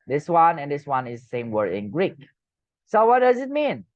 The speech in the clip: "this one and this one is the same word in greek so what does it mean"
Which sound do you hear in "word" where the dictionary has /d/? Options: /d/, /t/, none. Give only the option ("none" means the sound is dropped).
none